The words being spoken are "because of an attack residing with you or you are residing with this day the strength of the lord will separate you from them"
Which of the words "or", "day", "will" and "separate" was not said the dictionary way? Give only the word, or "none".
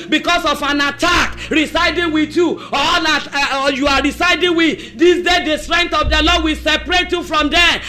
or